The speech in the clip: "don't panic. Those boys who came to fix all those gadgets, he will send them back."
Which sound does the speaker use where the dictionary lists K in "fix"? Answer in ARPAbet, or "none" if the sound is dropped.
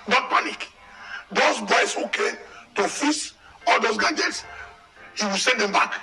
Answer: none